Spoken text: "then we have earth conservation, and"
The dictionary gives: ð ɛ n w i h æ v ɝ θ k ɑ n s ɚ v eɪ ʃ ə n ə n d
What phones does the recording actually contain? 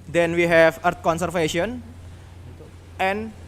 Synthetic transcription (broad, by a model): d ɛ n w i h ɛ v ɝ t k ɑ n s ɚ f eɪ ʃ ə n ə n